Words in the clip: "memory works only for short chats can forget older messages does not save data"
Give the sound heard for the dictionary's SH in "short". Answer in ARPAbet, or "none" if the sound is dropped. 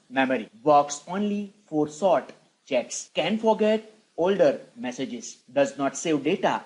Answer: S